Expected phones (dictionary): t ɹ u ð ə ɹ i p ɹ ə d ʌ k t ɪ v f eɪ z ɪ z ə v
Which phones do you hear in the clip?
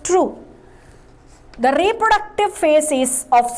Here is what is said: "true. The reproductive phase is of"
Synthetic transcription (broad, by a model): t ɹ u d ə ɹ i p ɹ ə d ʌ k t ɪ v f eɪ s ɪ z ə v